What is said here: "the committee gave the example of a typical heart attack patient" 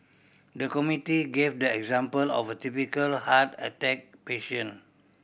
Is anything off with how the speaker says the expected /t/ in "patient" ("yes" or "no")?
yes